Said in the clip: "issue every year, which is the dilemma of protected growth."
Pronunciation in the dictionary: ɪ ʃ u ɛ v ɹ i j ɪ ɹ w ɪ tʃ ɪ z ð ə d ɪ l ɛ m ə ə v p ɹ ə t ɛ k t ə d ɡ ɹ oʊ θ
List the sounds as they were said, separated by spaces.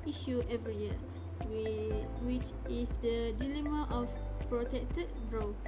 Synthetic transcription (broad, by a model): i ʃ u ɛ v ɹ i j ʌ w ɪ tʃ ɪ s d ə d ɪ l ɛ m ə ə f p ɹ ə t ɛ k t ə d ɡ ɹ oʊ